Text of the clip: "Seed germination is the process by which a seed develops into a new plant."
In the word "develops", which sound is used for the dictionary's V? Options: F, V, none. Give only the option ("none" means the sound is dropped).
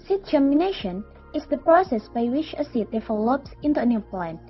F